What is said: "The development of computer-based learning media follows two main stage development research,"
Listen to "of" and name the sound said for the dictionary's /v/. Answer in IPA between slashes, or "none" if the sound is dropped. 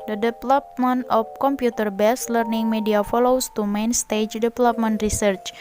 /p/